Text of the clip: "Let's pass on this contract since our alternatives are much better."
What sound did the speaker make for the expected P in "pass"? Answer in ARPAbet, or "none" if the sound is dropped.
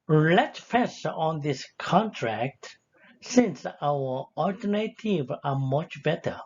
F